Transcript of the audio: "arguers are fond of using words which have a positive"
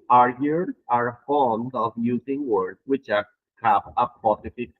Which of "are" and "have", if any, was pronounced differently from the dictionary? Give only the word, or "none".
have